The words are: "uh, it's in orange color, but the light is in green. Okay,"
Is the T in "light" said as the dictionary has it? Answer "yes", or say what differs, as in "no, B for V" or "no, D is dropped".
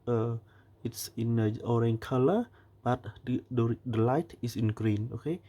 yes